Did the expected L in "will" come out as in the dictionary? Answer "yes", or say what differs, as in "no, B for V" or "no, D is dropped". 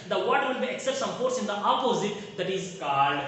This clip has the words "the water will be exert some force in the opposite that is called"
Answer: no, N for L